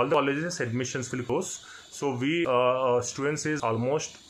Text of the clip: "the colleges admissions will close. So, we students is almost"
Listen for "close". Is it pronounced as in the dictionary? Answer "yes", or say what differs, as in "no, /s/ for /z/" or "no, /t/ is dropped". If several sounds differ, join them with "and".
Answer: no, /l/ is dropped